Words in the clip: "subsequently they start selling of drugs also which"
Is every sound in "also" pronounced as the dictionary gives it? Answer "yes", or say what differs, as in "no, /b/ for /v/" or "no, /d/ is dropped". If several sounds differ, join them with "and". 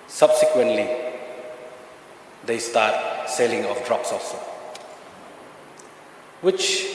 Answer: yes